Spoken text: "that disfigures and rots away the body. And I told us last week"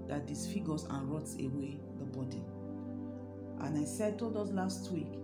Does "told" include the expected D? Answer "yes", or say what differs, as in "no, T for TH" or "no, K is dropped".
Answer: yes